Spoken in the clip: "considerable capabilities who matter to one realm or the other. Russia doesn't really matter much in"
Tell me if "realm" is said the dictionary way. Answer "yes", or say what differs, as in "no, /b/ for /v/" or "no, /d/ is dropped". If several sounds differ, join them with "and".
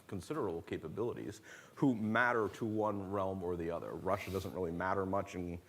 yes